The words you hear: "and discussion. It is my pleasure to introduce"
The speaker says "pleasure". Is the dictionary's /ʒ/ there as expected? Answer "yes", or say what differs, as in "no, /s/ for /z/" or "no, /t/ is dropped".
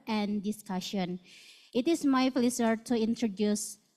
no, /s/ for /ʒ/